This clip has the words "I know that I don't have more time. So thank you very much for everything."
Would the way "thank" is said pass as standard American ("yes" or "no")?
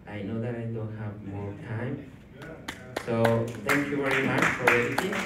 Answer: no